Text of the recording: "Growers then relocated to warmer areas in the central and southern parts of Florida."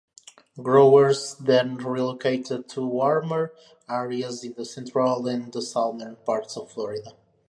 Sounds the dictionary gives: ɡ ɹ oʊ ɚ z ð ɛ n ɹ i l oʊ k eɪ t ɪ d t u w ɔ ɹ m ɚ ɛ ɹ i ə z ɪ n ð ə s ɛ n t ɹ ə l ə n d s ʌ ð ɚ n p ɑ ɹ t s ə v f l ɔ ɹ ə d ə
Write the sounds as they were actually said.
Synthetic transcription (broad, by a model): ɡ ɹ oʊ ɚ z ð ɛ n ɹ i l oʊ k eɪ t ɪ d t u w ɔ ɹ m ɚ ɛ ɹ i ə z ɪ n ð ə s ɛ n t ɹ ə l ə n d s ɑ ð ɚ n p ɑ ɹ t s ə v f l ɔ ɹ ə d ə